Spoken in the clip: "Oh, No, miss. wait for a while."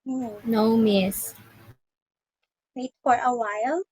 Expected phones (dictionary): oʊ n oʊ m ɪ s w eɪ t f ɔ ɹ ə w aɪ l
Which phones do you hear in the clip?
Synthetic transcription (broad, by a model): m n oʊ m ɪ s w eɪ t f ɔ ɹ ə w aɪ l